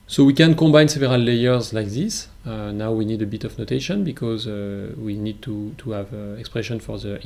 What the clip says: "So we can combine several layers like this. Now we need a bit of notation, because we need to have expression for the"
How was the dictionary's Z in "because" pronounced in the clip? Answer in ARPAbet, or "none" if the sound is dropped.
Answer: Z